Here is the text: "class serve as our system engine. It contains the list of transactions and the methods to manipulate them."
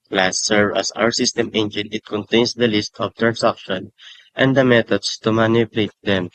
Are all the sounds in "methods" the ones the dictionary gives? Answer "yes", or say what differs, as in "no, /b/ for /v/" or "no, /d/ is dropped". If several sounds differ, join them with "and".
no, /t/ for /θ/ and /s/ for /z/